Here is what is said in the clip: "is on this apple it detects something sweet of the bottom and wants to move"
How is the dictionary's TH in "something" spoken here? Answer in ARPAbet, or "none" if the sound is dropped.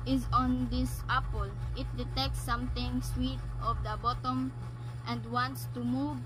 T